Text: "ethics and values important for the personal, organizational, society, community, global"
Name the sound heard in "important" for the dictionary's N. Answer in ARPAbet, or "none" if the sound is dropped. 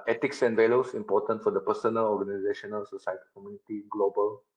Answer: N